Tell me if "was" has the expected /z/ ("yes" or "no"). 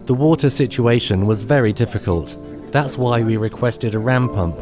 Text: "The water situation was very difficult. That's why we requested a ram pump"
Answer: yes